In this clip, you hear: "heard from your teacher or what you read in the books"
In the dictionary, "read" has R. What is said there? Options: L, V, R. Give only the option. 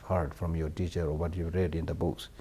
R